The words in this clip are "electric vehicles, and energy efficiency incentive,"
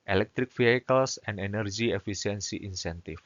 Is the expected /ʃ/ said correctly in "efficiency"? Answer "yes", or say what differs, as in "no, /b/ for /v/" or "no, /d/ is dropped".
no, /s/ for /ʃ/